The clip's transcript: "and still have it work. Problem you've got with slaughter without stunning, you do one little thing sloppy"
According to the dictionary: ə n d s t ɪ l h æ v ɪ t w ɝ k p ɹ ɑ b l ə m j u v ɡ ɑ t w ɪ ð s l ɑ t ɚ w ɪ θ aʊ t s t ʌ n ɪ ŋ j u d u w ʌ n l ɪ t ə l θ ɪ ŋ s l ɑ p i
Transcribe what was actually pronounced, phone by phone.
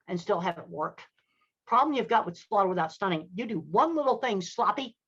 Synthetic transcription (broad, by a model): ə n s t ɪ l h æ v ɪ t w ɝ k p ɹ ɑ b l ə m j u v ɡ ɑ t w ɪ ð s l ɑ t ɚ w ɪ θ aʊ t s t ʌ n ɪ ŋ j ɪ d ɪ w ʌ n l ɪ t l θ ɪ ŋ s l ɑ p i